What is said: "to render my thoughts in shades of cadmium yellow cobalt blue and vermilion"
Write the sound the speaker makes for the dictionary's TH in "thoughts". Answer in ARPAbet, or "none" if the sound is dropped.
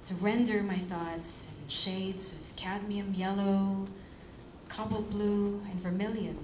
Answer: TH